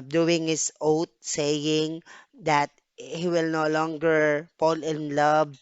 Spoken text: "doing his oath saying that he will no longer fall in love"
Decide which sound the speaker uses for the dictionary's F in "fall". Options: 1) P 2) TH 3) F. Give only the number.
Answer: 1